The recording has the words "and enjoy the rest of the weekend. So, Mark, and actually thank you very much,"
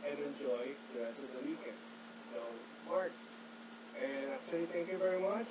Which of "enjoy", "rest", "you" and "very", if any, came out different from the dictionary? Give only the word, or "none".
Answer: rest